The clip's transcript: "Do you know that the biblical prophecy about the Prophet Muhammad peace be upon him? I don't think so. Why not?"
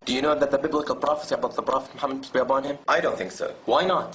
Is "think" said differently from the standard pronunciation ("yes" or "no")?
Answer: no